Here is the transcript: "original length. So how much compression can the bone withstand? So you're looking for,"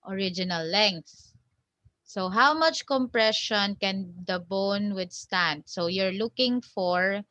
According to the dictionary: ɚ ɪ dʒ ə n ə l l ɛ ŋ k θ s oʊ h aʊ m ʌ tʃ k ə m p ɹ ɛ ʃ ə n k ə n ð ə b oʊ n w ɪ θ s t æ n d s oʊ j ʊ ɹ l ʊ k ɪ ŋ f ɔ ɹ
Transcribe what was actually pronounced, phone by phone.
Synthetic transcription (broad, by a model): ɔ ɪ dʒ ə n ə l l ɛ ŋ k θ s oʊ h aʊ m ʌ tʃ k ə m p ɹ ɛ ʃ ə n k ə n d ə b oʊ n w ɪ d s t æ n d s oʊ j ʊ ɹ l ʊ k ɪ ŋ f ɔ ɹ